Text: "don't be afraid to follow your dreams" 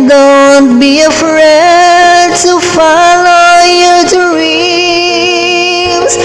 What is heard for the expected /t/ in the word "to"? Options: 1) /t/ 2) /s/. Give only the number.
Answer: 1